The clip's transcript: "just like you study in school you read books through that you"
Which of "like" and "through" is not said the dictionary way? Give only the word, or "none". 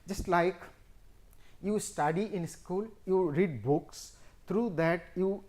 through